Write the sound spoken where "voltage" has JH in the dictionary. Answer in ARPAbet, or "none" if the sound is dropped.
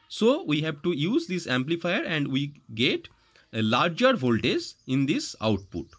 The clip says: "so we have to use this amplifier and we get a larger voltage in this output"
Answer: Z